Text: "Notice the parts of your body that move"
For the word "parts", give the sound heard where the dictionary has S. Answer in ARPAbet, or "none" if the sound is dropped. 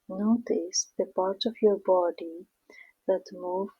none